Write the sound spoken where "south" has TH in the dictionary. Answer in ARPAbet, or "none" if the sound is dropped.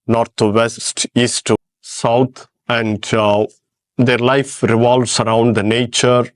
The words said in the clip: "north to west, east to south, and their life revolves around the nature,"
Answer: T